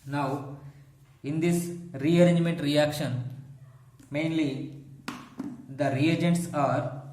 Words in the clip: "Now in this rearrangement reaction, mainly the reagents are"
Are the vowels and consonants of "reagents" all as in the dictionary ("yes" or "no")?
yes